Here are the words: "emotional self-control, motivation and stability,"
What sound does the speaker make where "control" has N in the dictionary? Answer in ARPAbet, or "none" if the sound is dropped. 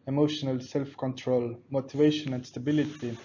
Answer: N